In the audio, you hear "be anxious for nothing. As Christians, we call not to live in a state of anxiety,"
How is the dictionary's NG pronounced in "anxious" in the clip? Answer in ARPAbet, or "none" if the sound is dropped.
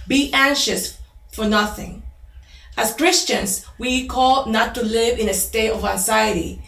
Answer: NG